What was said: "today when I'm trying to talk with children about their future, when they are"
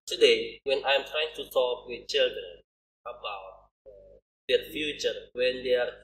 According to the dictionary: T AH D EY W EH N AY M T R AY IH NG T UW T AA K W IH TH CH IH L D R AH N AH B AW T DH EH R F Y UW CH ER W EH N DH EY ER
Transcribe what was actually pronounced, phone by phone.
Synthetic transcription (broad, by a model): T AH D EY W EH N AY M T R AY IH NG T UW S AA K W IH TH CH IH L D R AH N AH B AW T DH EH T F Y UW CH ER W EH N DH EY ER